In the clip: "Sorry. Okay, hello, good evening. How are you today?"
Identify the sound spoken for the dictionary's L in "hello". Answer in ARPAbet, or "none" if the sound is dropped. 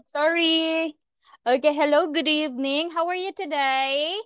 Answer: L